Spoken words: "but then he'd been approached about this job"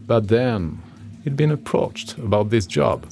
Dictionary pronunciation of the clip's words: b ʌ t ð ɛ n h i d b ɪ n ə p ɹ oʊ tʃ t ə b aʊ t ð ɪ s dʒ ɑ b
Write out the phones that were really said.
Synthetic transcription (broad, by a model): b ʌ t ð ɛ n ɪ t b ɪ n ə p ɹ oʊ tʃ t ə b aʊ t ð ɪ s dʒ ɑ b